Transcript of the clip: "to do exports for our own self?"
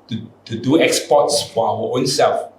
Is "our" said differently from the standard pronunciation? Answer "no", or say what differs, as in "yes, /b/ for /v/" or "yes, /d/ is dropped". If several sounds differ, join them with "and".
yes, /w/ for /ɹ/